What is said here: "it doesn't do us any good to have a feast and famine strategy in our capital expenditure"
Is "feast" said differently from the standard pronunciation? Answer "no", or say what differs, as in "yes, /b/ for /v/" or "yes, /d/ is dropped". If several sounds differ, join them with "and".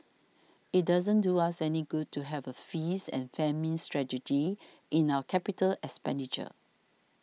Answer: yes, /t/ is dropped